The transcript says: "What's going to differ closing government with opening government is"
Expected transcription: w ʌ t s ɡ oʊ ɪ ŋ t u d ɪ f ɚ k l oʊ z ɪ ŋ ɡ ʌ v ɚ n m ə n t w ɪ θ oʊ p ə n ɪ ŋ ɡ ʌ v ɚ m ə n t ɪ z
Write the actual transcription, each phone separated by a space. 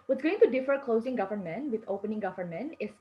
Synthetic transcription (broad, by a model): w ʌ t ɡ oʊ ɪ ŋ t u d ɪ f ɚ k l oʊ z ɪ ŋ ɡ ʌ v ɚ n m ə n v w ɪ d oʊ p ə n ɪ ŋ ɡ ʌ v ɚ m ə n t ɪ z